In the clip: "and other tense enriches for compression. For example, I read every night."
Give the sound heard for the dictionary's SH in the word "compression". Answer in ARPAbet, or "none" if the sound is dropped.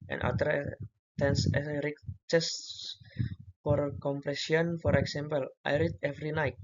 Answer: S